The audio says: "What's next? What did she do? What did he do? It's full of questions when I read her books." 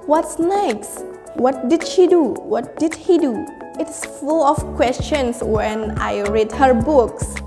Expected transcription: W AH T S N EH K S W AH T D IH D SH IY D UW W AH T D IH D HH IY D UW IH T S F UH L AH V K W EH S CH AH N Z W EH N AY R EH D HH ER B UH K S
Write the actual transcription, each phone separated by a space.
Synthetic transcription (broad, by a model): W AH T S N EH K S W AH T D IH D SH IY D UW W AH T D IH D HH IY D UW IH T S F UH L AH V K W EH S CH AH N S W EH N AY R EH D HH ER B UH K S